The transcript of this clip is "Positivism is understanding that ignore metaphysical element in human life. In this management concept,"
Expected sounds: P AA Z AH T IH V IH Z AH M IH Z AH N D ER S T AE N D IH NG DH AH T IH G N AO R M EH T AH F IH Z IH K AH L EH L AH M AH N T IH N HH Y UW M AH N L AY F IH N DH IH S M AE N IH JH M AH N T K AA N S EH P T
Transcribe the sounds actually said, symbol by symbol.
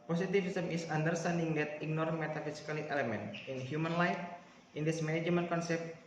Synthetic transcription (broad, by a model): P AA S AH T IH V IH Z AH M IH S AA N D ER S T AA N D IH NG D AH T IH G N AO R M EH T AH F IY S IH K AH L EH L AH M AH N T IH N HH Y UW M AH N L AY F IH N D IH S M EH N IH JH M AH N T K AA N S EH P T